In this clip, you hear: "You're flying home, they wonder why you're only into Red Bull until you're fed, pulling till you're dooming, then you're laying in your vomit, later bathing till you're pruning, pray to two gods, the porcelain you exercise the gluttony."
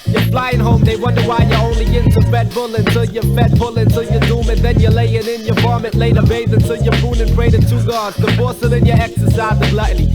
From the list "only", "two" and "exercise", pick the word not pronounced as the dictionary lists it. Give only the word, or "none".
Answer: none